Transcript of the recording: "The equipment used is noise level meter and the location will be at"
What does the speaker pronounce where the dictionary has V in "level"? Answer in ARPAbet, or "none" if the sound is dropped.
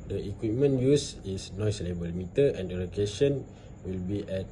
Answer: B